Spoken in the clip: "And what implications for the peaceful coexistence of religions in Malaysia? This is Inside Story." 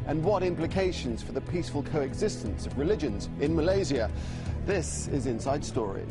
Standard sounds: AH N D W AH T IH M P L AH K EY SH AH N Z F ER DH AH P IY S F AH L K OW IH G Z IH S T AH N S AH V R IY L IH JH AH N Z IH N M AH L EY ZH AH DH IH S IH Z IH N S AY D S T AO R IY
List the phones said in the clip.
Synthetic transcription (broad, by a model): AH N W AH T IH M P L AH K EY SH AH N Z F ER DH AH P IY S F AH L K OW IH G Z IH S T AH N S AH V R IY L IH JH AH N Z IH N M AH L EY Z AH DH IH S IH Z IH N S AY D S T AO R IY